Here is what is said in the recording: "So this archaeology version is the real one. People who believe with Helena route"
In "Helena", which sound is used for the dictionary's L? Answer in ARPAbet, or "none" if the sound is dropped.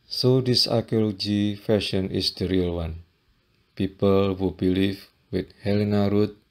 L